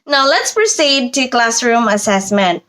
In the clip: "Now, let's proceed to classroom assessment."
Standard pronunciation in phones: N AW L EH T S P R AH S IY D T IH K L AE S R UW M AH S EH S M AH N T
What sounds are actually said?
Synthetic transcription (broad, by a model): N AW L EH T S P R AH S IY D T IH K L AE S R UW M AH S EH S M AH N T